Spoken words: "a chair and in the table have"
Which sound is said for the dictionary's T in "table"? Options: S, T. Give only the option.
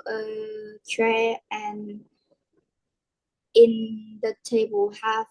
T